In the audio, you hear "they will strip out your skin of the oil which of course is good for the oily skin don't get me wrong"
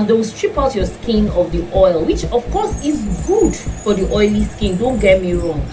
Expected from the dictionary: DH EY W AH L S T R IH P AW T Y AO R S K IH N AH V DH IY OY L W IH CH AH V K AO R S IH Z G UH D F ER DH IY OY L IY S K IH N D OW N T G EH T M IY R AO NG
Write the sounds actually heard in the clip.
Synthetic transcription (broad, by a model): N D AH W S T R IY P AW T Y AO S K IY N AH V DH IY OY L W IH CH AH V K AO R S IH Z G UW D F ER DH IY OY L IY S K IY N D OW N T G EH T M IY R AO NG